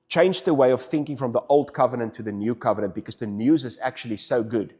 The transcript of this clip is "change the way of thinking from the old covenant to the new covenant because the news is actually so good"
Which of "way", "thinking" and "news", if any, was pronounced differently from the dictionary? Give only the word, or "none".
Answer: none